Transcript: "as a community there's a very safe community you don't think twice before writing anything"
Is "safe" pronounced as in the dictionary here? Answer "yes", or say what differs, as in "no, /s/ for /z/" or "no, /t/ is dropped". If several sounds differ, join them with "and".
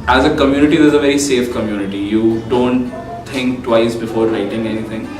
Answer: yes